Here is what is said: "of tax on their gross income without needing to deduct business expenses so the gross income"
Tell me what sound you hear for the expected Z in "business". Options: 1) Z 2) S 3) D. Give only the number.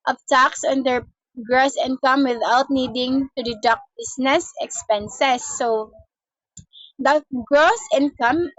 2